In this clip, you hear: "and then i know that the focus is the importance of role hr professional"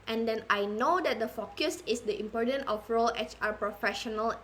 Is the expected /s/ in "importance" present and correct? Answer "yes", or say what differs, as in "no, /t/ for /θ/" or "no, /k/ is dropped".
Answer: no, /s/ is dropped